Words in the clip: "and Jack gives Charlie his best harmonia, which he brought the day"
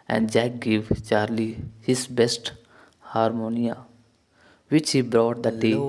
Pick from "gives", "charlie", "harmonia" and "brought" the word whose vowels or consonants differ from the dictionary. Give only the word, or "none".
gives